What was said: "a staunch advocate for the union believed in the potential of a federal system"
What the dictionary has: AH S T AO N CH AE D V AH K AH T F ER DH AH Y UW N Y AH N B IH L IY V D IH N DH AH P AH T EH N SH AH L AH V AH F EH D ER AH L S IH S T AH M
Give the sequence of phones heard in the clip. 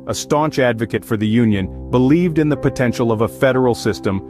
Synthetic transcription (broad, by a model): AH S T AO N CH AE D V AH K AH T F ER DH AH Y UW N Y AH N B IH L IY V D IH N DH AH P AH T EH N SH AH L AH V AH F EH D ER L S IH S T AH M